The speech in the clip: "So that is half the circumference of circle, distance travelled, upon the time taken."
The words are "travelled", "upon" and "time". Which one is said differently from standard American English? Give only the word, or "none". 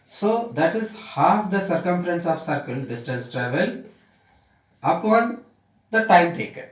travelled